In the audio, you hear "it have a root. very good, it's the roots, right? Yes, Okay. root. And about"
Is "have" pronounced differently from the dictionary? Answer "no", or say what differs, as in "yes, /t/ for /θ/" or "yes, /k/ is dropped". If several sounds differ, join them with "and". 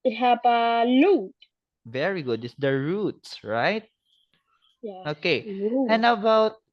yes, /p/ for /v/